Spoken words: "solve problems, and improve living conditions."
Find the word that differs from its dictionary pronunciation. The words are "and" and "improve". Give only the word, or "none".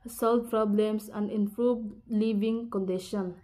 improve